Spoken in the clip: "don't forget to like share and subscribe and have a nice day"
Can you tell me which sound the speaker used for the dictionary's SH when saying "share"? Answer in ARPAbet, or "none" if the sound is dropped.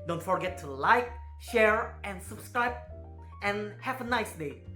SH